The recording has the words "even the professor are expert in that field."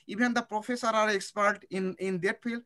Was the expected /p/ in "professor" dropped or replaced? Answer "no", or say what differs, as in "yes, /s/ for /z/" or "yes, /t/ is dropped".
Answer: no